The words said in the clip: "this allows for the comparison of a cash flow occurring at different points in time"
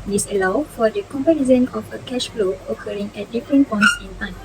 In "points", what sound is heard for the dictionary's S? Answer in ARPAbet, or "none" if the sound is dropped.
S